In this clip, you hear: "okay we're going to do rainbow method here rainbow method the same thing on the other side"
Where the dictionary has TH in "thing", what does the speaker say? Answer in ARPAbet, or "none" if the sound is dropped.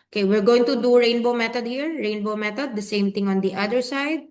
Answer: T